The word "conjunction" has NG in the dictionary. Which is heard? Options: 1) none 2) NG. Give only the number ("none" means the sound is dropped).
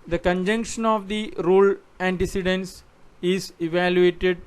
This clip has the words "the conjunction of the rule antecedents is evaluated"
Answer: 2